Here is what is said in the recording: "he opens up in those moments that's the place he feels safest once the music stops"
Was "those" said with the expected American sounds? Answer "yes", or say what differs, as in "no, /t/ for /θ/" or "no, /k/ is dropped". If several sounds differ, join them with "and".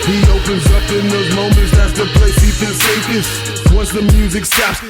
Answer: yes